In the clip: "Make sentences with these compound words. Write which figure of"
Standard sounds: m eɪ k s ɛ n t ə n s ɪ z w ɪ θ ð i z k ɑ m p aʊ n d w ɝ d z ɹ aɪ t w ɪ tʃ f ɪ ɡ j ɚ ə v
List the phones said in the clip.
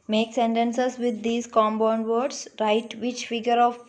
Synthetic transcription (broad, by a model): m eɪ k s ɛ n t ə n s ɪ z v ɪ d i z k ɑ m b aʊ n d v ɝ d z ɹ aɪ t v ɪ tʃ f ɪ ɡ j ɚ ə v